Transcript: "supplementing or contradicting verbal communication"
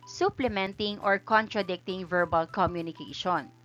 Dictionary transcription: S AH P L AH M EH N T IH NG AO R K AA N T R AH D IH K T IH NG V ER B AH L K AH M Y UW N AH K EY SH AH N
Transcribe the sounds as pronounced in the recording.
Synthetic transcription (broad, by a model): S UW P L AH M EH N T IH NG AO R K AA N T R AH D IH K T IH NG V ER B AH L K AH M Y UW N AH K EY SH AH N